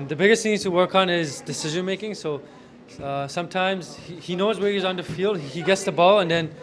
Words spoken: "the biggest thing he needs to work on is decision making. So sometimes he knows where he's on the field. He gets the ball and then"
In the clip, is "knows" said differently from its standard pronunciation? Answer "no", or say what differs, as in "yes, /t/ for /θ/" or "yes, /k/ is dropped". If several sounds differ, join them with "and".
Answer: no